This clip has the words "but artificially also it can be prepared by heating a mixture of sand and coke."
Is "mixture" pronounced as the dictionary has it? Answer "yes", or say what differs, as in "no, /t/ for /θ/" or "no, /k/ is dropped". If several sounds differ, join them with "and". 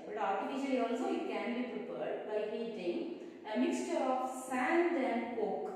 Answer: yes